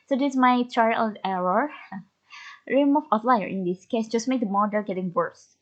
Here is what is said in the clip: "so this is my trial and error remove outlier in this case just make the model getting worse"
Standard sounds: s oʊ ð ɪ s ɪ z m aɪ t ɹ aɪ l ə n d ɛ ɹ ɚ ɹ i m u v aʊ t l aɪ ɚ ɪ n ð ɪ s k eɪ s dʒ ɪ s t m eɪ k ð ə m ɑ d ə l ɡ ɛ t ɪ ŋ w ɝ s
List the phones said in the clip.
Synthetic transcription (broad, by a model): s oʊ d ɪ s m aɪ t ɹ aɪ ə l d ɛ ɹ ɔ ɹ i m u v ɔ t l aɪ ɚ ɪ n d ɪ s k eɪ s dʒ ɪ s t m eɪ k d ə m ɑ d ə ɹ ɡ ɛ t ɪ ŋ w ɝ s